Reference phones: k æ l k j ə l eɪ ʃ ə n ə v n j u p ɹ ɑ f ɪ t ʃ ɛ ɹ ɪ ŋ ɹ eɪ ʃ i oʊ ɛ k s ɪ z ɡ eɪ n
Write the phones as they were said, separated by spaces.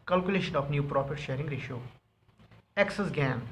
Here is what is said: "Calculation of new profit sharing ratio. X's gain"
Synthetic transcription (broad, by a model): k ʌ l k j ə l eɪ ʃ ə n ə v n j u p ɹ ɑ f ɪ t ʃ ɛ ɹ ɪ ŋ ɹ eɪ ʃ i oʊ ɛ k s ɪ s ɡ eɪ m